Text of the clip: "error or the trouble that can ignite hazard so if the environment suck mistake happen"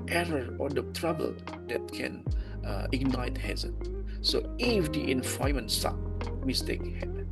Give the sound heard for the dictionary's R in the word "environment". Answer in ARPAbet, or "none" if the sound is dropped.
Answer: none